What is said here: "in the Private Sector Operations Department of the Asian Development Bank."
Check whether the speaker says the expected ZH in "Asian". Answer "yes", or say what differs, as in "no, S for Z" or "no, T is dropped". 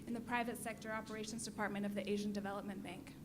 yes